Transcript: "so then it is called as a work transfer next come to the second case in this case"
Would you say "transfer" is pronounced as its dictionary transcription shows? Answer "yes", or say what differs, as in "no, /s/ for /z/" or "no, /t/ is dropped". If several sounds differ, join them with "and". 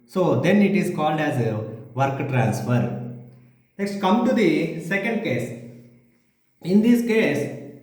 yes